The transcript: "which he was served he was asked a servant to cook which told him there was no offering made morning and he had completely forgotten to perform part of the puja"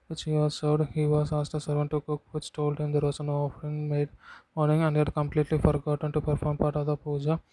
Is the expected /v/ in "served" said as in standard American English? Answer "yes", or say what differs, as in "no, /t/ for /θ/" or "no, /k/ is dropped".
no, /v/ is dropped